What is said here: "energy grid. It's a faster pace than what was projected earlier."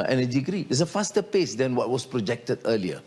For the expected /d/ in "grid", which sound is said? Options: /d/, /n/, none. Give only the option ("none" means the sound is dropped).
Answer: none